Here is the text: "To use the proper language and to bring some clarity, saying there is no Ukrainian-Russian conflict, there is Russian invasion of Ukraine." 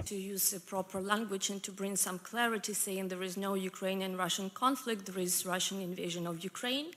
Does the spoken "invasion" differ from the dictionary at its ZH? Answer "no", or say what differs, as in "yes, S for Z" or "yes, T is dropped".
no